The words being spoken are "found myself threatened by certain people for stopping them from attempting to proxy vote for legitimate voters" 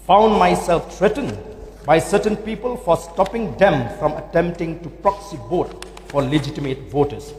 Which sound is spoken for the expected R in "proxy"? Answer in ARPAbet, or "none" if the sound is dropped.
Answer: R